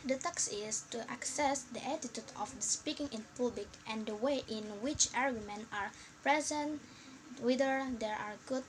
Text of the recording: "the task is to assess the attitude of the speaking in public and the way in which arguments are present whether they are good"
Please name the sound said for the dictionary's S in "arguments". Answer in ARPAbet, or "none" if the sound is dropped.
none